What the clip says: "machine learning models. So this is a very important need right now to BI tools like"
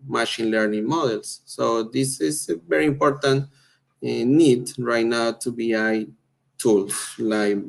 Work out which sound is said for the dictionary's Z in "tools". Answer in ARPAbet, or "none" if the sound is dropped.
S